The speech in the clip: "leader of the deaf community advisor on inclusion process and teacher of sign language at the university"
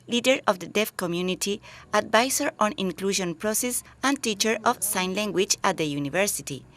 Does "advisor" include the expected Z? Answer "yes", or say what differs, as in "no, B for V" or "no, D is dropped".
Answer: no, S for Z